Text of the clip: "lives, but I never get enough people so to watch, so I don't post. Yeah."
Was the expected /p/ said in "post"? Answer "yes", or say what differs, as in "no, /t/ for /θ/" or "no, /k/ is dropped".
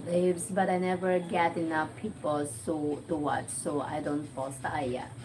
no, /f/ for /p/